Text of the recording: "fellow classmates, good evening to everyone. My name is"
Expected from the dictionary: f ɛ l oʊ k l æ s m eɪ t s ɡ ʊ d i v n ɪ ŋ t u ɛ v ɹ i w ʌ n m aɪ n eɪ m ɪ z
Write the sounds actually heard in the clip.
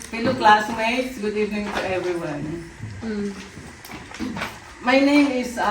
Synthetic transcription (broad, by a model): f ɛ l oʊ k l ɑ s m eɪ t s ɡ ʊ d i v ɪ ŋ t u ɛ v ɹ i w ʌ n m aɪ n eɪ m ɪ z